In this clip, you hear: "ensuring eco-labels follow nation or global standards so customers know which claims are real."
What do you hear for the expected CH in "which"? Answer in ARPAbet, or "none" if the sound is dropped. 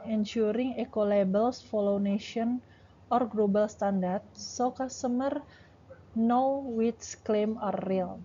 S